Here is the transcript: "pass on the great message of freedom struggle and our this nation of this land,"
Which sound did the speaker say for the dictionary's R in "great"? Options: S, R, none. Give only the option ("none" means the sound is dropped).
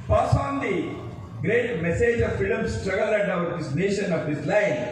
R